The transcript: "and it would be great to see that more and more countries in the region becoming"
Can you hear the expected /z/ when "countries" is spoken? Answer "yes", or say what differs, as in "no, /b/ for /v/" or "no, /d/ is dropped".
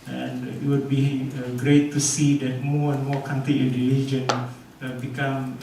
no, /z/ is dropped